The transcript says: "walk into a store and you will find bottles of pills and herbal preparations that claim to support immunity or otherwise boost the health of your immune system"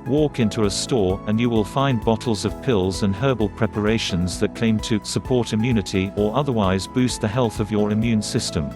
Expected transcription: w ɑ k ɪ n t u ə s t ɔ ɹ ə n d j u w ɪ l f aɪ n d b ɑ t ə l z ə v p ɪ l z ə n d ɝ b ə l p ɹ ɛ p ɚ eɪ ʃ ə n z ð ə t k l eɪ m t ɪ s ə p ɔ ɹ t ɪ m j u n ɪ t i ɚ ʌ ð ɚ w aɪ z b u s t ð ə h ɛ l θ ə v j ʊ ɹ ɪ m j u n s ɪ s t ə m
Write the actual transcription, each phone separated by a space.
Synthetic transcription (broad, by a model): w ɑ k ɪ n t u ə s t ɔ ɹ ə n j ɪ w ɪ l f aɪ n b ɑ t l z ə v p ɪ l z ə n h ɝ b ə l p ɹ ɛ p ɚ eɪ ʃ ə n z ð ə t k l eɪ m t ɪ s ə p ɔ ɹ t ɪ m j u n ɪ t i ɚ ʌ ð ɚ w aɪ z b u s t ð ə h ɛ l θ ə v j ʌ ɹ ɪ m j u n s ɪ s t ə m